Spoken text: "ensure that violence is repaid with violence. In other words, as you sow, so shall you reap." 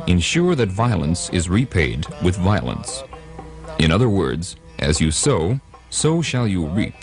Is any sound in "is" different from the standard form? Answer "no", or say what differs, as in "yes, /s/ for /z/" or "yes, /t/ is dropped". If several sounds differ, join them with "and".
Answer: no